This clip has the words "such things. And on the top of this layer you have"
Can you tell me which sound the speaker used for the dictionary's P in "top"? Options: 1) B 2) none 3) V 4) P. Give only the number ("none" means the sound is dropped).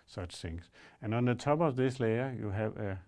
1